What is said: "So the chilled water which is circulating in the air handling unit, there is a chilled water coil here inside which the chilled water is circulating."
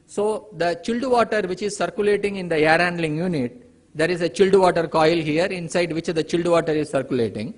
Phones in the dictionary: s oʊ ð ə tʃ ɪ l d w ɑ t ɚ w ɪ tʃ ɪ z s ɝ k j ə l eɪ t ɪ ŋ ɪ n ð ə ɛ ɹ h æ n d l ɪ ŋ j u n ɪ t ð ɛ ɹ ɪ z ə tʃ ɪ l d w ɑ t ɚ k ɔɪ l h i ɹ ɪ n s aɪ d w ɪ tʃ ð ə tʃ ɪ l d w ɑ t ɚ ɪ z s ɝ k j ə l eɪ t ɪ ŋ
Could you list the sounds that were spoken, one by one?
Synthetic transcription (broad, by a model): s oʊ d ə tʃ ɪ l d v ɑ t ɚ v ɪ tʃ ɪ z s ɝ k j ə l eɪ t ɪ ŋ ɪ n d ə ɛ ɹ h æ n d l ɪ ŋ j u n ɪ t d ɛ ɹ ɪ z ə tʃ ɪ l d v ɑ t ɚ k ɔɪ l h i ɹ ɪ n s aɪ d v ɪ tʃ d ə tʃ ɪ l d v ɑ t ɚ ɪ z s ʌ k j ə l eɪ t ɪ ŋ